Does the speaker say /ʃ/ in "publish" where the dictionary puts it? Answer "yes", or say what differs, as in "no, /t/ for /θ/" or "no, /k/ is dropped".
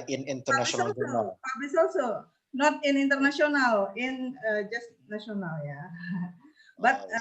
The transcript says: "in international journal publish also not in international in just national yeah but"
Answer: no, /s/ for /ʃ/